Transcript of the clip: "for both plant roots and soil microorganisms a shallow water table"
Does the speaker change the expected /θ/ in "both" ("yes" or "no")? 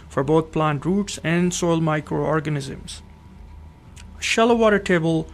yes